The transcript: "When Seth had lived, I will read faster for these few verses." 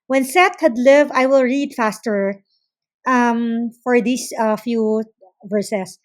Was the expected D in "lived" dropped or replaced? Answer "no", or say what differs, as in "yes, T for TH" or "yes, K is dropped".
yes, D is dropped